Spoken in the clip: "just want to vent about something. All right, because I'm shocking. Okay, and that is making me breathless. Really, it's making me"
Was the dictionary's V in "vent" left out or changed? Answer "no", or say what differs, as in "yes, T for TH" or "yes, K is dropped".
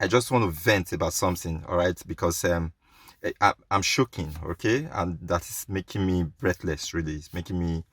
no